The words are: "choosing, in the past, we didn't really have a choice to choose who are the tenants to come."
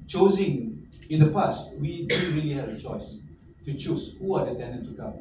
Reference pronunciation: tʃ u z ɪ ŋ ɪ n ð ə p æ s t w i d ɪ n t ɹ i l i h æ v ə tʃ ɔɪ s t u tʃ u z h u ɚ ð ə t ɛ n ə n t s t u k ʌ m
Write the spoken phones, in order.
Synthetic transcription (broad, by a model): tʃ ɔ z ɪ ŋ ɪ n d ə p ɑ s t w i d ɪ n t ɹ i l i h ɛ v ə tʃ ɔɪ s t u tʃ u s h u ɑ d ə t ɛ n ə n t t u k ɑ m